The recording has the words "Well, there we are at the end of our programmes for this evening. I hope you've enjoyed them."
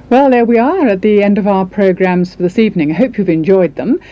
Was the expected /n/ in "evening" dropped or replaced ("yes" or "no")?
no